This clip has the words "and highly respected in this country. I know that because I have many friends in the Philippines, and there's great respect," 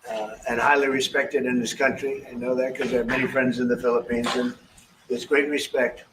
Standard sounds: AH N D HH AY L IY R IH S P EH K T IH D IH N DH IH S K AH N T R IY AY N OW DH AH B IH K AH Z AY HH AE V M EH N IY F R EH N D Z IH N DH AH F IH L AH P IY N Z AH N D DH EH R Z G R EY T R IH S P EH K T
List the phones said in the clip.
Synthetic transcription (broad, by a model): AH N HH AY L IY R IH S P EH K T IH D IH N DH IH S K AH N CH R IY AY N OW DH AH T K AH Z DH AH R M EH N IY F R EH N D Z IH N DH AH F IH L AH P IY N Z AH N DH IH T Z G R EY T R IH S P EH K T